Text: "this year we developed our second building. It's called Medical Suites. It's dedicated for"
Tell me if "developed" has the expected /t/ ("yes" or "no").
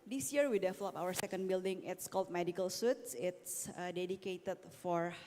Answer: no